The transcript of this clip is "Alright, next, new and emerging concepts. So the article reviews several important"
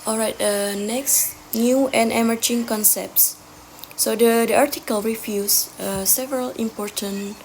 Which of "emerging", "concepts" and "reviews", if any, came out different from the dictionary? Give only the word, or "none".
reviews